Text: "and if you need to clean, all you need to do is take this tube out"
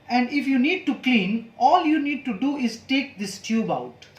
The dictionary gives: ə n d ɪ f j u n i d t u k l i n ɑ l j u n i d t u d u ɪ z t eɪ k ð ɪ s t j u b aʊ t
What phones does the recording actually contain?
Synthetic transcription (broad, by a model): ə n d ɪ f j u n i d t u k l i n ɑ l j u n i d t u d u ɪ z t eɪ k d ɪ s t j u b aʊ t